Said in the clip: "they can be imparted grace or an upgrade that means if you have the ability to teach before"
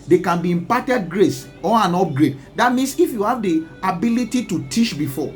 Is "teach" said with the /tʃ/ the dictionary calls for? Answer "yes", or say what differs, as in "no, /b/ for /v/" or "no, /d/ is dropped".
no, /ʃ/ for /tʃ/